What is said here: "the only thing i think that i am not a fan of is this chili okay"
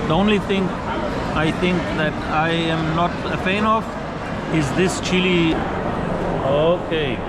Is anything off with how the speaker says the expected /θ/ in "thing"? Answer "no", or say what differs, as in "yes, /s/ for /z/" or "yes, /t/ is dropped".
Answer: yes, /t/ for /θ/